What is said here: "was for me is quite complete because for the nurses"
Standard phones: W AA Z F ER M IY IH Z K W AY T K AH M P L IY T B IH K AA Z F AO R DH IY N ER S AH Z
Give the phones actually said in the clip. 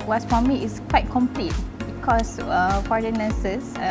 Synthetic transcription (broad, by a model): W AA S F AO M IY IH S K W AY T K AH M P L IY T B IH K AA S F AO R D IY N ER S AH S